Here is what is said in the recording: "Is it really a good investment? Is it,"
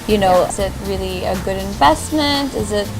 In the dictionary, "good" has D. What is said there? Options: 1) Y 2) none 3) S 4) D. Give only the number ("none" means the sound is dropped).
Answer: 4